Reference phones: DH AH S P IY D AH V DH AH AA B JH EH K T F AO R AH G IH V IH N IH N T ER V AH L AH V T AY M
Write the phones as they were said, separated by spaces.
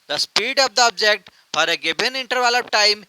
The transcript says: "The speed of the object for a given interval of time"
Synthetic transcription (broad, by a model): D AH S P IY D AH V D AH AA B JH EH K T F AO R AH G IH B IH N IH N T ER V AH L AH P T AY M